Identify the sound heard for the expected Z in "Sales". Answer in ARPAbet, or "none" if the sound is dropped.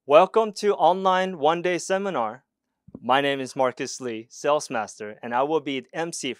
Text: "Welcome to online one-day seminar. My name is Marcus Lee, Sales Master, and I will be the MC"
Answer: S